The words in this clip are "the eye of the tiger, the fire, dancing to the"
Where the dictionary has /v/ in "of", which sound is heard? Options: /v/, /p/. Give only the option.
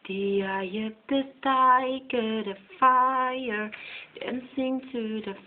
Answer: /p/